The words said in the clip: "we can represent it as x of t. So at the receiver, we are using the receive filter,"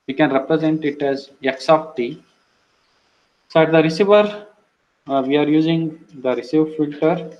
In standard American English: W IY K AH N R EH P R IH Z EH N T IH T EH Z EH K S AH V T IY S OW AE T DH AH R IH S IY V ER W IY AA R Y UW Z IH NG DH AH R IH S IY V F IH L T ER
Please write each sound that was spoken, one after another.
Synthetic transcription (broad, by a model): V IY K AH N R EH P R IH Z EH N T IH T EH Z EH K S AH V T IY S OW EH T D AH R IH S IY V ER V IY AA R Y UW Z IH NG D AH R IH S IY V F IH L T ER